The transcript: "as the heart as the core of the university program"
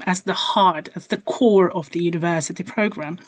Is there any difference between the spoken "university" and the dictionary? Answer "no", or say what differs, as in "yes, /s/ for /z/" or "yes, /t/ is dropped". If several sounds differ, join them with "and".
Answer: no